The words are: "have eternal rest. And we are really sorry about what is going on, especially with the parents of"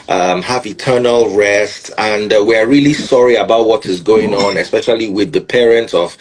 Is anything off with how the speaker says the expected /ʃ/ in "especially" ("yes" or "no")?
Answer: no